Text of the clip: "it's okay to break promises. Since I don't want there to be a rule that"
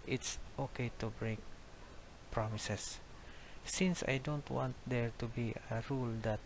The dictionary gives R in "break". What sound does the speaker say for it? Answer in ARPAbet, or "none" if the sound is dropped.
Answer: R